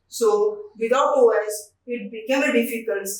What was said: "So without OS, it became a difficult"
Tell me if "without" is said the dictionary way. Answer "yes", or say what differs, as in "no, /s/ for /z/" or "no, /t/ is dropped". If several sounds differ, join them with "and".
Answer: no, /t/ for /θ/